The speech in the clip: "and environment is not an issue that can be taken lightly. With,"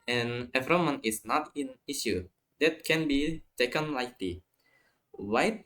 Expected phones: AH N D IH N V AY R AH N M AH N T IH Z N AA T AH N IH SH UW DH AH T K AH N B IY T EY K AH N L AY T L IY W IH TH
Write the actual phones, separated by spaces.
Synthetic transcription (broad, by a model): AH N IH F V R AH M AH N IH S N AA T AH N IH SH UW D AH T K AH N B IY T EY K AH N L AY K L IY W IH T